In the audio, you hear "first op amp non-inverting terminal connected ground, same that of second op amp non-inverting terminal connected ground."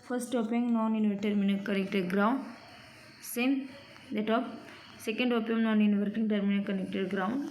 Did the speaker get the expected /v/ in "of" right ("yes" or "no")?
no